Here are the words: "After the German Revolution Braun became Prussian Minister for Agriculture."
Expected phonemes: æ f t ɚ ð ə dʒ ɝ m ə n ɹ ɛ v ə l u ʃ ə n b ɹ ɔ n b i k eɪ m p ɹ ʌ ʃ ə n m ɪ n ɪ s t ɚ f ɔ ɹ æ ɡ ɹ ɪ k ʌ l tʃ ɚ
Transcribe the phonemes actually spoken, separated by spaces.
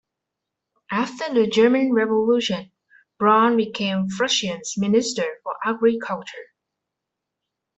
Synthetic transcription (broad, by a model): æ f t ɚ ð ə dʒ ɝ m ə n ɹ ɛ v ə l u ʃ ə n b ɹ ɔ n b i k eɪ m f ɹ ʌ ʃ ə n m ɪ n ɪ s t ɚ f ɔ ɹ æ ɡ ɹ ɪ k ʌ l tʃ ɚ